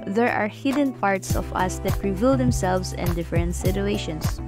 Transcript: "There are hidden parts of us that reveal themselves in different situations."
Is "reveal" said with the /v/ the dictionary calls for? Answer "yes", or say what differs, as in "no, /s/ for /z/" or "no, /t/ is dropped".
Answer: yes